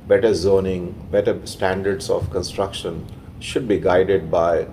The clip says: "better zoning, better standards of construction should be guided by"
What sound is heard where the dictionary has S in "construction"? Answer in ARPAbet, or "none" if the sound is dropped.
S